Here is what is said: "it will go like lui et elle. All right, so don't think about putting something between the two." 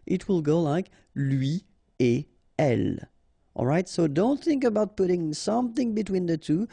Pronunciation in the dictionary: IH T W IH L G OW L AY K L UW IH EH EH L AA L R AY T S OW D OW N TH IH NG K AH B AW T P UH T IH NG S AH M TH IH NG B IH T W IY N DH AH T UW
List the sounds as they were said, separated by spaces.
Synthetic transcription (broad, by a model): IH T W IH L G OW L AY K L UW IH EH EH L AA L R AY T S OW D OW N TH IH NG K AH B AW T P UH T IH NG S AH M TH IH NG B IH T W IY N DH AH T UW